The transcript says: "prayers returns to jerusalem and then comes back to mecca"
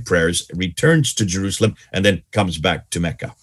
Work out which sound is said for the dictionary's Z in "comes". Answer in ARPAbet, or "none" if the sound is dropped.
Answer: Z